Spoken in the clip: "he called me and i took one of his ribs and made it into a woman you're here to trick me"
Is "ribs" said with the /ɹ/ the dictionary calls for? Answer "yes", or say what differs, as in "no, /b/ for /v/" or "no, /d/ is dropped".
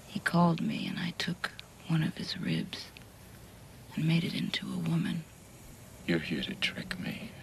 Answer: yes